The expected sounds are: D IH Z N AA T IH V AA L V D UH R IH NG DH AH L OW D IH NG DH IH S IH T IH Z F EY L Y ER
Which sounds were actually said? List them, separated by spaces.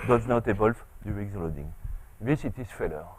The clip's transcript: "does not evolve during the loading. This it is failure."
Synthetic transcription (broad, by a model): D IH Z N AA T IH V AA L F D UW IH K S L OW D IH NG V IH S IH T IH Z F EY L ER